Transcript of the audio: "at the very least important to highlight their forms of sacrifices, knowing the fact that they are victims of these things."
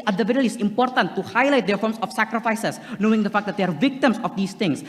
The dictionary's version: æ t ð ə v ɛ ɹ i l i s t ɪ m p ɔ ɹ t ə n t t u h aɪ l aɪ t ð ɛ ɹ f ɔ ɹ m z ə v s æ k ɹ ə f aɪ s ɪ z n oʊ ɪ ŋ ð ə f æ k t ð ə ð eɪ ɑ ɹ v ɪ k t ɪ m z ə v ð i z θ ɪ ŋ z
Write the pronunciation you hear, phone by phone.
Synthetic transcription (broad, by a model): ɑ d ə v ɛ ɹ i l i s ɪ m p ɔ ɹ t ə n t t u h aɪ l aɪ t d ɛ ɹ f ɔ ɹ m s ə f s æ k ɹ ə f aɪ s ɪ s n oʊ ɪ ŋ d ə f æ k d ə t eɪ ɑ ɹ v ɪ k t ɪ m s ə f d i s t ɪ ŋ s